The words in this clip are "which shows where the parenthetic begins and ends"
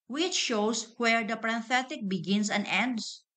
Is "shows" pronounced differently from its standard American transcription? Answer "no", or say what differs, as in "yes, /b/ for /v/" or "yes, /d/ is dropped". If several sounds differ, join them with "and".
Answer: yes, /s/ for /z/